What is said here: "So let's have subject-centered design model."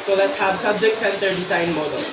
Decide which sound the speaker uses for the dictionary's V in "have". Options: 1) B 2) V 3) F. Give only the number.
1